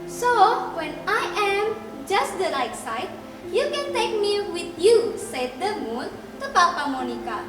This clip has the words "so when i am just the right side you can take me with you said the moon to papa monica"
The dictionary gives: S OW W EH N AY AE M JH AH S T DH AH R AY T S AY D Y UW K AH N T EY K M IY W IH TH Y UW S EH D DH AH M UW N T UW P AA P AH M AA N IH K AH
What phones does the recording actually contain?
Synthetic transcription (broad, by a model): S OW W EH N AY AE M JH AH S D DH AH L AY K S AY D Y UW K AH N T EY K M IY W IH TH Y UW S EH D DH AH M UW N T UW P AA P AH M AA N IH K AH